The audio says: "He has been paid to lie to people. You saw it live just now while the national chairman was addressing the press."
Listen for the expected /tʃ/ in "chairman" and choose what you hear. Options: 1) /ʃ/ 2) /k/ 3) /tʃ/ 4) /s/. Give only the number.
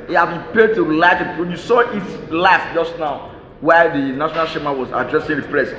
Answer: 1